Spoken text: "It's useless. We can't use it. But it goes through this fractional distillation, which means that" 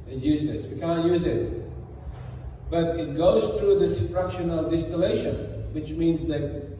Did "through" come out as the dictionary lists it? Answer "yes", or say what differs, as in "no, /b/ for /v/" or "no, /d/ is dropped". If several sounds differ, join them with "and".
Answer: yes